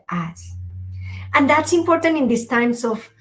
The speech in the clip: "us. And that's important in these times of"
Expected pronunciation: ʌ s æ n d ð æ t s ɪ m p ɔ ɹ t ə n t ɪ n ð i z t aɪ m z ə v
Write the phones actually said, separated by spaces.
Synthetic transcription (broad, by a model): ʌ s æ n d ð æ t s ɪ m p ɔ ɹ t ə n t ɪ n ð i s t aɪ m s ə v